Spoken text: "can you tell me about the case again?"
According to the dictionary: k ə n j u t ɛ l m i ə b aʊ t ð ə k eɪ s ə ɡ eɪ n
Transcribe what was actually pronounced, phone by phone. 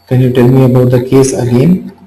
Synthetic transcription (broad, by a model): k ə n j u t ɛ l m i ə b aʊ t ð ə k eɪ s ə ɡ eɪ n